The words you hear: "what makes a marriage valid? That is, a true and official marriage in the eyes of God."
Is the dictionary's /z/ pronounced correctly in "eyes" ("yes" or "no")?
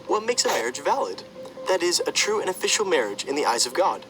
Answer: yes